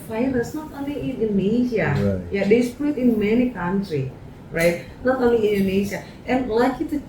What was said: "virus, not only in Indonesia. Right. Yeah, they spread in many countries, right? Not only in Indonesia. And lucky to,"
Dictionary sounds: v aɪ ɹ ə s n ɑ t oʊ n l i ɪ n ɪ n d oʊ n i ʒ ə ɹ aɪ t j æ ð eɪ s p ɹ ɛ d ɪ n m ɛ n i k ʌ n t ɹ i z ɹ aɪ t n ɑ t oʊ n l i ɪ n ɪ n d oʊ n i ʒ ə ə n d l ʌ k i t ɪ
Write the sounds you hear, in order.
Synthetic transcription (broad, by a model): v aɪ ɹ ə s n ɑ t oʊ n l i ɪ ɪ n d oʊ n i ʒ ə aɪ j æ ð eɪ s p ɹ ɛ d ɪ n m ɛ n i k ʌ n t ɹ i ɹ aɪ t n ɑ t oʊ n l i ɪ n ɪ n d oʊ n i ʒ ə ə n l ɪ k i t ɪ